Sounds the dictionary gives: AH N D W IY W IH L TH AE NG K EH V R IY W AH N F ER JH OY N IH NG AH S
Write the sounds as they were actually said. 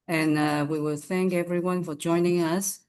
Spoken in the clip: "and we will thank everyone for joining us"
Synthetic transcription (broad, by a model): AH N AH W IY W IH L TH AE NG K EH V R IY W AH N F ER JH OY N IH NG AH S